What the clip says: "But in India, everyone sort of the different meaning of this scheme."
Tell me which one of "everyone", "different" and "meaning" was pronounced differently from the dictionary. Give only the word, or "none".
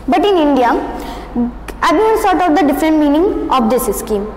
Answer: everyone